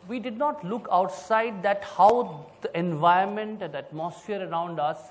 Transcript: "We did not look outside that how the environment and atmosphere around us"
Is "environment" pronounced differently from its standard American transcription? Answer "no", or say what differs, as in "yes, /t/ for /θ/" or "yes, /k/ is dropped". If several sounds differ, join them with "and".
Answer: yes, /ɹ/ is dropped